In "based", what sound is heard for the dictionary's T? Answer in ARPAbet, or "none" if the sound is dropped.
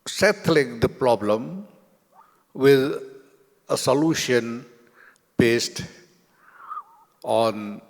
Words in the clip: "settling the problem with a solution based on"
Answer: T